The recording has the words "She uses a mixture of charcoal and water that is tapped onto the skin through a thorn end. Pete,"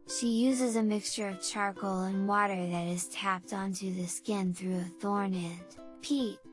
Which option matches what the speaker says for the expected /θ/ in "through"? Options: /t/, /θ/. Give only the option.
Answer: /θ/